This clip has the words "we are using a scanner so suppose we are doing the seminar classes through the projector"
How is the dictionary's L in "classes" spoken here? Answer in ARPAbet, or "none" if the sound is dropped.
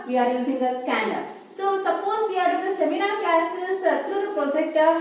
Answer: none